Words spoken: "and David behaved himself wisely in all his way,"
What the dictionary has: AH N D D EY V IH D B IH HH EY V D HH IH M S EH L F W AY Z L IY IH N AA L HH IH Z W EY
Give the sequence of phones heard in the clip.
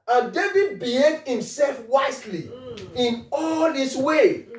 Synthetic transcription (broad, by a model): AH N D D EY V IH D B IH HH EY D HH IH M S EH L F W AY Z L IY IH N AA L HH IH S W EY